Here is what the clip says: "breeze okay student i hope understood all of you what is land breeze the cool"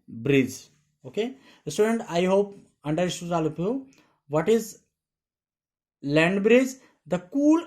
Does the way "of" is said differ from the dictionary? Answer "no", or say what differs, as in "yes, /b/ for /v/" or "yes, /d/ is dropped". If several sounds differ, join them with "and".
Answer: yes, /p/ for /v/